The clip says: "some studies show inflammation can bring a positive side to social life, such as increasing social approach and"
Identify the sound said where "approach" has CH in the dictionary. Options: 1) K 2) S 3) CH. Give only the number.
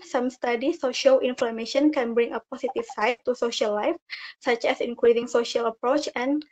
3